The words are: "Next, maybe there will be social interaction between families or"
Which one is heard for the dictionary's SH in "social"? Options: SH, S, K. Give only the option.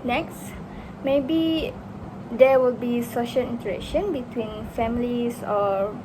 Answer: SH